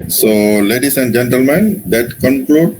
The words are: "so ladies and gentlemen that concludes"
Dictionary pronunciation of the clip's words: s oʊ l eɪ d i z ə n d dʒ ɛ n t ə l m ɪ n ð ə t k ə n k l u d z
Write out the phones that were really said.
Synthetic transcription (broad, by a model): s oʊ l eɪ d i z ə n d dʒ ɛ n t ə l m ɪ n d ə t k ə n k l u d